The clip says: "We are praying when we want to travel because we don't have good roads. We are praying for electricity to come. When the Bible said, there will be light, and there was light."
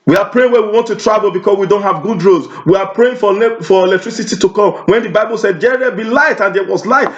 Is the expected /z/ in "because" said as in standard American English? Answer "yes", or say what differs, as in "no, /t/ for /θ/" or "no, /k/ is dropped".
no, /s/ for /z/